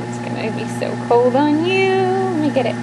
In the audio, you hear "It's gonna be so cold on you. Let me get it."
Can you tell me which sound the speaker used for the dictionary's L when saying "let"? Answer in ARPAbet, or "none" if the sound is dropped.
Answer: N